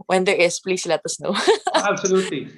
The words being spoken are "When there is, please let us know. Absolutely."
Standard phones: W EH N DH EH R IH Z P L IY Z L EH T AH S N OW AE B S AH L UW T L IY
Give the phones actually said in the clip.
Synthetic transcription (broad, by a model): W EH N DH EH R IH S P L IY S L EH T AH S N OW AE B S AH L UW T L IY